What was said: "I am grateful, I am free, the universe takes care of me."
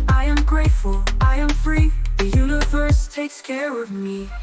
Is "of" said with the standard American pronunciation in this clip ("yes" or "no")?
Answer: yes